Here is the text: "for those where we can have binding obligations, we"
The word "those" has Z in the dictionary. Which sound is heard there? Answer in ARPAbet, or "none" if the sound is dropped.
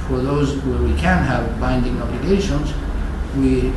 Z